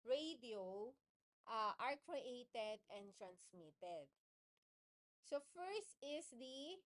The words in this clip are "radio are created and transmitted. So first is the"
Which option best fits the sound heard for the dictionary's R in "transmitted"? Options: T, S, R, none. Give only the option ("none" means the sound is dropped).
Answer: R